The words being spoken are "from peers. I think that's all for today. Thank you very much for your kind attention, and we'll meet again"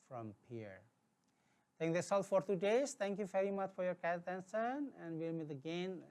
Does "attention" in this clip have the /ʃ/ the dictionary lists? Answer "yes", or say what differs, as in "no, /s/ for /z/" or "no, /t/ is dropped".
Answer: no, /s/ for /ʃ/